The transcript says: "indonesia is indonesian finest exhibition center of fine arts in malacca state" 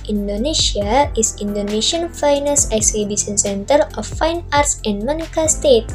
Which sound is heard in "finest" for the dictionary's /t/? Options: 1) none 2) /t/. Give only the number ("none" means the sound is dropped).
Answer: 1